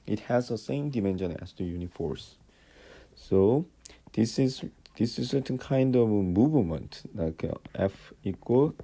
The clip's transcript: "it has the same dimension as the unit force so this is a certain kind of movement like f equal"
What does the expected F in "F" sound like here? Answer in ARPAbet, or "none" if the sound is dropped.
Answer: F